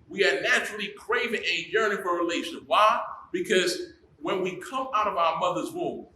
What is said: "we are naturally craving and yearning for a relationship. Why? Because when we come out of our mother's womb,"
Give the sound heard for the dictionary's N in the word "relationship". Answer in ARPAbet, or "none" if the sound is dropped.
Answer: none